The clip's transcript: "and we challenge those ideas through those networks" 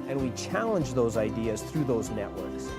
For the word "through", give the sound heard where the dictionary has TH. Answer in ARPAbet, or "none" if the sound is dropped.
TH